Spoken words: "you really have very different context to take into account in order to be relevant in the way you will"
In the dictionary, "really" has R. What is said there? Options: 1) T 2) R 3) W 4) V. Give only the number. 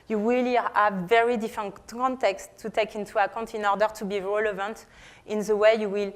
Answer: 3